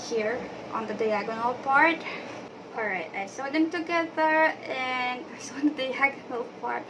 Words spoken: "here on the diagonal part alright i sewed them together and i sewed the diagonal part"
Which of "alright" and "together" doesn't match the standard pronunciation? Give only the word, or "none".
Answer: none